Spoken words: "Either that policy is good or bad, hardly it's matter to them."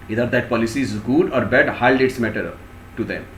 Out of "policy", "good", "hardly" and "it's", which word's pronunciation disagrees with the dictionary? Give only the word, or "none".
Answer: hardly